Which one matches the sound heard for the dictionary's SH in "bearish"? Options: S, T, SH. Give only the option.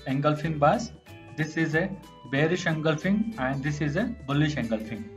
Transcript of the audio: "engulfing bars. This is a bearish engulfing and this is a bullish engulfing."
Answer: SH